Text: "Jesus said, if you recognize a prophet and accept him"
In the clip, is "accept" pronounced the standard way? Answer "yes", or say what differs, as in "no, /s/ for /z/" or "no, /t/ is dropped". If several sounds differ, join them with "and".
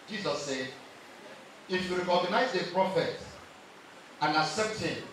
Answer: no, /k/ is dropped